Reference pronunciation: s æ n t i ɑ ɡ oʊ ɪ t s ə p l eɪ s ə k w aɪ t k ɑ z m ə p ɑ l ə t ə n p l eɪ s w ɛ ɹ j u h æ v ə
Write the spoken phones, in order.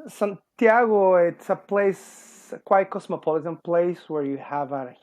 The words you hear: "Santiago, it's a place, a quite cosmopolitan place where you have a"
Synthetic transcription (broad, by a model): s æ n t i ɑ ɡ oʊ ɪ t s ə p l eɪ s k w aɪ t k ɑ s m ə p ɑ l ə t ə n p l eɪ s w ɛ ɹ j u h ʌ v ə